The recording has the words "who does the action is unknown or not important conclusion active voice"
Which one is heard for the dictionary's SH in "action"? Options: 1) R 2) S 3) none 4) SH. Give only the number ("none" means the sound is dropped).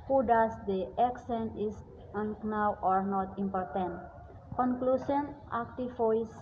2